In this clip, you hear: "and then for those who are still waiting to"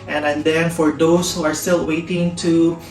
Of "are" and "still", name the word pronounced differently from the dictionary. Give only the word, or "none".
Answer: none